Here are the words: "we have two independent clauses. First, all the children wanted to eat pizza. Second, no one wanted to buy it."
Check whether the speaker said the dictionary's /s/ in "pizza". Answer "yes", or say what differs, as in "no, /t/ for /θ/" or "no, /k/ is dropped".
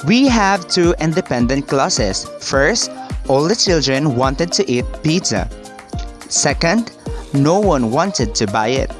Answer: no, /s/ is dropped